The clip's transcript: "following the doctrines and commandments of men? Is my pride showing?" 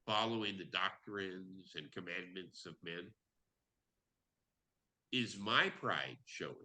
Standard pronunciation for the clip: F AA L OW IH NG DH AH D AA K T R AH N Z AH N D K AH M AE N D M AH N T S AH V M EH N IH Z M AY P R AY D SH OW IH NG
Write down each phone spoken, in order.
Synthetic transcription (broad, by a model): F AA L OW IH NG DH AH D AA K T R AH N Z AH N K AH M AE N M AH N T S AH V M EH N IH Z M AY P R AY D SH OW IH